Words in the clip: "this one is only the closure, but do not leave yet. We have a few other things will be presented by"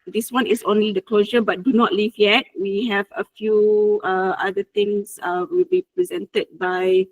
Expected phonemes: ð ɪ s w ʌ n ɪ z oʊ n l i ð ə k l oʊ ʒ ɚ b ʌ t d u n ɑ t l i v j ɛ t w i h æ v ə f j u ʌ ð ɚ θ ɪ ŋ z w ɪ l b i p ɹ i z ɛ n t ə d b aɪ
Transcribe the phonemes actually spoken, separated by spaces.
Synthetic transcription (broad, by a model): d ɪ s w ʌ n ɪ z oʊ n l i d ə k l oʊ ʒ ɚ b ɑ t d u n ɑ t l i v j ɛ t w i h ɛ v ə f j u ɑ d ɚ t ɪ ŋ s w ɪ l b i p ɹ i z ɛ n t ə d b aɪ